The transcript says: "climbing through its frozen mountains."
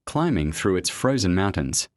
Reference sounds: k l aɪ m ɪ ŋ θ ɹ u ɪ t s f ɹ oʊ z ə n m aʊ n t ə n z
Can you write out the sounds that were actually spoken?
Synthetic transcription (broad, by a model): k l aɪ m ɪ ŋ θ ɹ u ɪ t s f ɹ oʊ z ə n m aʊ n t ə n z